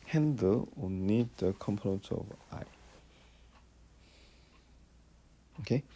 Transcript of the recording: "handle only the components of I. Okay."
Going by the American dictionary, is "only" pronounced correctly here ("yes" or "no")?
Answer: no